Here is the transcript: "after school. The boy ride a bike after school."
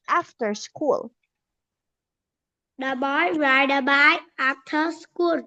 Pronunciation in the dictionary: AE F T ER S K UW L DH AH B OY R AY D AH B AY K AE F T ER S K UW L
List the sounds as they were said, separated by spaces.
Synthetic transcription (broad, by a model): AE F T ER S K UW L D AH B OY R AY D AH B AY AE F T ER S K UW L